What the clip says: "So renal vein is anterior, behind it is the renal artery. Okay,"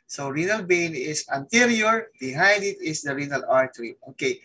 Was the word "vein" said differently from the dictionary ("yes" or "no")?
yes